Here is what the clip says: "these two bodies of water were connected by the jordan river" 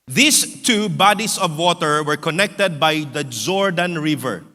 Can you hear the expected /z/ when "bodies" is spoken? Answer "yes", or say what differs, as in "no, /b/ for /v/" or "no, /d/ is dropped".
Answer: no, /s/ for /z/